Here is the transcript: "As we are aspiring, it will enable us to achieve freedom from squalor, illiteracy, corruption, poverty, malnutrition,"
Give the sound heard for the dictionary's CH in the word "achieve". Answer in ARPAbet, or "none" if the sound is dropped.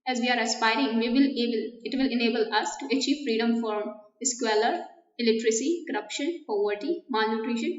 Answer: CH